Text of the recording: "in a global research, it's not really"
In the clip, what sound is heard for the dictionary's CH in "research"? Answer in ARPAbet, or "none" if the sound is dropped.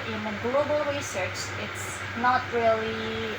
CH